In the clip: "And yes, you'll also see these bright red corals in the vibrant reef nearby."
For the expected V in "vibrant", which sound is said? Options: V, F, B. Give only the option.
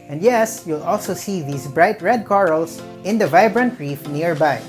V